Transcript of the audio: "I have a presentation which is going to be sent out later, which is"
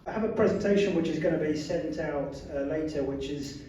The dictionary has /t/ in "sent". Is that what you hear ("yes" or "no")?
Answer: yes